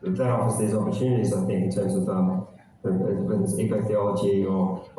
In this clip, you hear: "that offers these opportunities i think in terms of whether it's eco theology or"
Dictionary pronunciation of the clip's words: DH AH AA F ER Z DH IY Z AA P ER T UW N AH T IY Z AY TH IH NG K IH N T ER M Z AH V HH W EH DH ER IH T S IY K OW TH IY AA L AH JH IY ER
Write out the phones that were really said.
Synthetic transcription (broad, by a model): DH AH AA ER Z DH IY Z AA P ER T UW N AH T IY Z AY TH IH NG K IH N T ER M Z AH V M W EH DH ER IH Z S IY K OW TH IY AA L AH JH IY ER